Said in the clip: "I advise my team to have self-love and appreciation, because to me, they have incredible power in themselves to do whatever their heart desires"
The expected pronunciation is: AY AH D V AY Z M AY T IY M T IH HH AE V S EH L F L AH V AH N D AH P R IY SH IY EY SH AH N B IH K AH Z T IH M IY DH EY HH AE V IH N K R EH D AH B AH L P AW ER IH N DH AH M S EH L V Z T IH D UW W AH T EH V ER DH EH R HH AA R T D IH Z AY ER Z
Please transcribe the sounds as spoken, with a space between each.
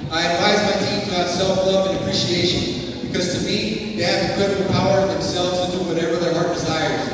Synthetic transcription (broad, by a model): AY AH D V AY Z M AY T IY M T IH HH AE S EH L F L AH V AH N AH P R IY SH IY EY SH AH N B IH K AH Z T IH M IY DH EY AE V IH K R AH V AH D P AW ER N DH AH M S EH L V Z T IH D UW W AH T EH V ER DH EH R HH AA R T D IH Z AY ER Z